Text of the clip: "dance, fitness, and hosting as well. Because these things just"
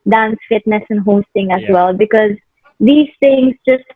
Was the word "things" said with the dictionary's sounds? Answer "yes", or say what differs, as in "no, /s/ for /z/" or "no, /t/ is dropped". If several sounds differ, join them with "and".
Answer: no, /t/ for /θ/